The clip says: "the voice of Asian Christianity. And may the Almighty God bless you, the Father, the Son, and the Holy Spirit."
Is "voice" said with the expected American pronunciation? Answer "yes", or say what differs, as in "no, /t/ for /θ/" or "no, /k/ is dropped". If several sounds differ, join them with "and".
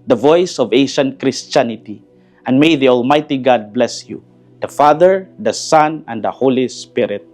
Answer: yes